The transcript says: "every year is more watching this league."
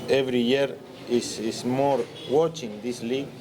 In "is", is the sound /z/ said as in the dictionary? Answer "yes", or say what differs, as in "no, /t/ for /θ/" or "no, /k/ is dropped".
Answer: no, /s/ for /z/